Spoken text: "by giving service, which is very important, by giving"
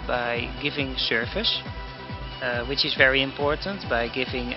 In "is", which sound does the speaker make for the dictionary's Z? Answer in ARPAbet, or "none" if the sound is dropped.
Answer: Z